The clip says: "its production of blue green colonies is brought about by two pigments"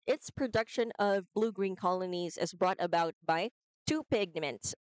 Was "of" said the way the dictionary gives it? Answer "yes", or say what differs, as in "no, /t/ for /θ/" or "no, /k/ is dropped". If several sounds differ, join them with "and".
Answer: yes